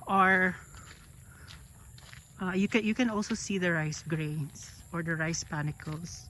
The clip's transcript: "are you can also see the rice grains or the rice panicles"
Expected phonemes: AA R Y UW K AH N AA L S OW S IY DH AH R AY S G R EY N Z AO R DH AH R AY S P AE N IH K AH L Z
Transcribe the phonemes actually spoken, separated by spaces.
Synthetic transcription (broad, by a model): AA R Y UW K AH N AA L S OW S IY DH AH R AY S G R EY N S AO R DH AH R AY S P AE N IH K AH L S